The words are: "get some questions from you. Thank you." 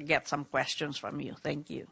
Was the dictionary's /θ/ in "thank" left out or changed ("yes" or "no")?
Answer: no